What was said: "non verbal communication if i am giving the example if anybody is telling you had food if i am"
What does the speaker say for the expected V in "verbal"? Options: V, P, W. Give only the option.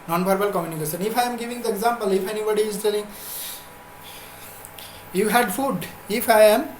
P